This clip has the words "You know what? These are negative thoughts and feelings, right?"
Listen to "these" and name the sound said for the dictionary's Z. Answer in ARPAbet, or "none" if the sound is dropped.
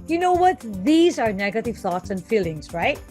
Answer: Z